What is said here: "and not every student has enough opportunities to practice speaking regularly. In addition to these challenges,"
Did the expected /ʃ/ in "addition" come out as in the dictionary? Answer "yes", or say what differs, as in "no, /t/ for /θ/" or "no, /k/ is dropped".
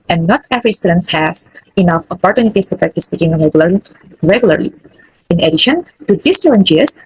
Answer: yes